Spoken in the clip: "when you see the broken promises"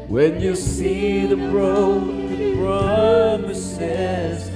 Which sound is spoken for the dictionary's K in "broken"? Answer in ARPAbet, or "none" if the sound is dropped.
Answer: none